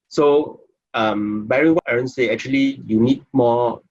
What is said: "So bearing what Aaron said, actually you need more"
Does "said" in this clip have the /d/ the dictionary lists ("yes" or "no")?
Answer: no